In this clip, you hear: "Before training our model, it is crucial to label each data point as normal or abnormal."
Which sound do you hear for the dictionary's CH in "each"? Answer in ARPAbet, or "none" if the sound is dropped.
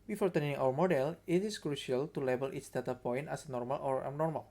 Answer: S